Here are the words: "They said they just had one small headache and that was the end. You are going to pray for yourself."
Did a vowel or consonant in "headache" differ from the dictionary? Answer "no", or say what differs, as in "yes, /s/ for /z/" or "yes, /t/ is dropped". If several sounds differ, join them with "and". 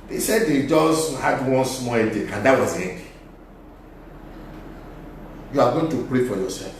yes, /k/ is dropped